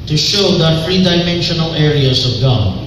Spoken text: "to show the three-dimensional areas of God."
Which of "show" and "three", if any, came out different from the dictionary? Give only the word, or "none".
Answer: three